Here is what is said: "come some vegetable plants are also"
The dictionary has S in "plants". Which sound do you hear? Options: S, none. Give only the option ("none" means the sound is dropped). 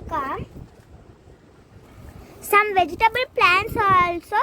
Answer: S